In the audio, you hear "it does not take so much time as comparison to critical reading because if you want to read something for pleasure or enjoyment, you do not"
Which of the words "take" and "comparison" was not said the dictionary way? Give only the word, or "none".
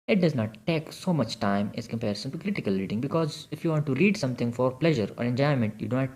none